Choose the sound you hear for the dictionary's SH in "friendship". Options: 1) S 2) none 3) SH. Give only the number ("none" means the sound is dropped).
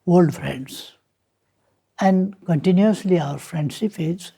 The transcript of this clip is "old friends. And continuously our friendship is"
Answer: 1